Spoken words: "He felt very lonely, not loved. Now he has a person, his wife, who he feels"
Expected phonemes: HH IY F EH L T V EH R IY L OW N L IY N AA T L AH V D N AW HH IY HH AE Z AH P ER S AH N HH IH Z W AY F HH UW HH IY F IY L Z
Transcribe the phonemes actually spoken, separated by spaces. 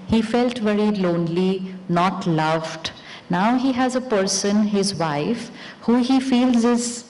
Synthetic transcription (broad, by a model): HH IY F EH L T V EH R IY L OW N L IY N AA T L AH V D N AW HH IY HH AE Z AH P ER S AH N HH IH Z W AY F HH UW HH IY F IY L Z